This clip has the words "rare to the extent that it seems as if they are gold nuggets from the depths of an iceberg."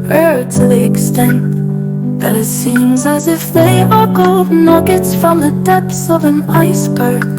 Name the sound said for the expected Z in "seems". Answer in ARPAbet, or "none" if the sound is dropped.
Z